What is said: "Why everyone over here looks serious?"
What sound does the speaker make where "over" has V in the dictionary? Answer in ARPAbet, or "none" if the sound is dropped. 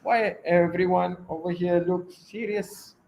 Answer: V